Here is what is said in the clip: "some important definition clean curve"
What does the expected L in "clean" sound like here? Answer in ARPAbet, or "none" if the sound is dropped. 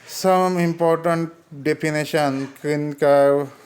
none